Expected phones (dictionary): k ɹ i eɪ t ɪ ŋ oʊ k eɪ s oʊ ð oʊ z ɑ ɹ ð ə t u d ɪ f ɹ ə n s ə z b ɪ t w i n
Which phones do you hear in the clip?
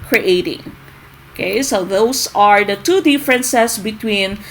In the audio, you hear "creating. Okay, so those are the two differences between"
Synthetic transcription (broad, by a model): k ɹ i eɪ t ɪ ŋ oʊ k eɪ s oʊ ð oʊ s ɑ ɹ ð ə t u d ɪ f ɹ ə n s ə s b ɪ t w i n